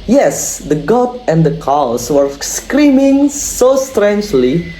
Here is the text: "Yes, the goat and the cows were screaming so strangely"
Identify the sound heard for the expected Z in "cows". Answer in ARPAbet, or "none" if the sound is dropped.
S